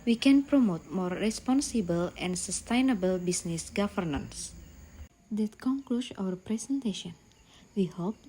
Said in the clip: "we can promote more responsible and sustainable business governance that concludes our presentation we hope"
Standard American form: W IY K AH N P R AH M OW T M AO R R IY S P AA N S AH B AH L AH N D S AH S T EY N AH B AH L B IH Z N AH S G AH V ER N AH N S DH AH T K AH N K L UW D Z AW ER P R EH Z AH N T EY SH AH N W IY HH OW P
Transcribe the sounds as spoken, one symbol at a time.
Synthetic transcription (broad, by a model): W IY K AH N P R AH M OW T M AO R R IY S P AA N S AH B AH L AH N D S AH S T EY N AH B AH L B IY S N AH S G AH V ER N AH N S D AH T K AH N K L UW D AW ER P R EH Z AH N T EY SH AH N W IY HH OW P